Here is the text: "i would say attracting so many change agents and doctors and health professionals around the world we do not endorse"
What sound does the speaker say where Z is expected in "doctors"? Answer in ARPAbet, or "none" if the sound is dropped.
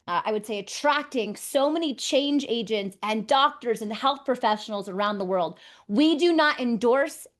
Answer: Z